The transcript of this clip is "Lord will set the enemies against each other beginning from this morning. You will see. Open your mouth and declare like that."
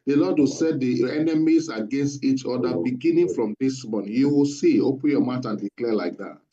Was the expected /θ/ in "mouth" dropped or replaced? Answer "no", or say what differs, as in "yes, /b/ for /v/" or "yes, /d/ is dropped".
yes, /t/ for /θ/